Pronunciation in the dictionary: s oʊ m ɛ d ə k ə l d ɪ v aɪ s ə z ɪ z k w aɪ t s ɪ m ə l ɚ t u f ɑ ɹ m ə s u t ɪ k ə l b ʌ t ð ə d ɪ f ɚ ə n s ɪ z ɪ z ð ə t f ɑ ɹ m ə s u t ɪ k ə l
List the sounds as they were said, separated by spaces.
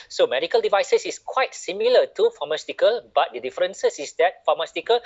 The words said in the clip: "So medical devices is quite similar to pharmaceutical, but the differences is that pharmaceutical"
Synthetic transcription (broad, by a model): s oʊ m ɛ d ə k ə l d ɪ v aɪ s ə s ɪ s k w aɪ t s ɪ m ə l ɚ t u f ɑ m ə s t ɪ k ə l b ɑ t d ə d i f ɚ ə n s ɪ s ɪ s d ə t f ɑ m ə s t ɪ k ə l